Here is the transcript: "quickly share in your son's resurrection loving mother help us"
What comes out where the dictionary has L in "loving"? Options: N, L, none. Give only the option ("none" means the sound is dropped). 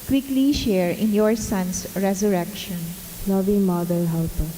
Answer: N